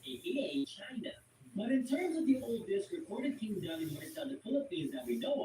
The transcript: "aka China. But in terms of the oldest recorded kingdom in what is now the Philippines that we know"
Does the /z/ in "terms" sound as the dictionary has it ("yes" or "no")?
yes